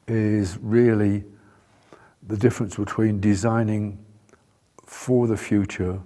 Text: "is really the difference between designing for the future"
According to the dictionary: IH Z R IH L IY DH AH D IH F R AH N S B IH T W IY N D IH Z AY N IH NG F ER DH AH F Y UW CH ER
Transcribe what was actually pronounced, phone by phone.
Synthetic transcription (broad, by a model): IH Z R IH L IY DH AH D IH F R AH N S B IH T W IY N D IH Z AY N IH NG F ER DH AH F Y UW CH ER